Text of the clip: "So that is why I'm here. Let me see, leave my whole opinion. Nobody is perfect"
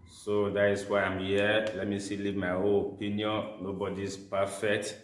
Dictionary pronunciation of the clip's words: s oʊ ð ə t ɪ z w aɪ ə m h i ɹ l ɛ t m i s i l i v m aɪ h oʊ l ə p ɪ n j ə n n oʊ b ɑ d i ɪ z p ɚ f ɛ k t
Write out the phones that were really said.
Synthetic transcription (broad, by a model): s oʊ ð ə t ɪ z w aɪ ə m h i l ɛ t m i s i l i m aɪ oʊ n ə p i n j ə n n oʊ b ɑ d i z p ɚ f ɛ k t